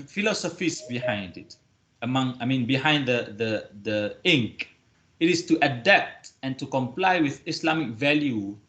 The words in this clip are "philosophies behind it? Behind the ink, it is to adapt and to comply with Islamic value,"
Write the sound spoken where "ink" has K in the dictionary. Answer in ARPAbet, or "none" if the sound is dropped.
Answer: K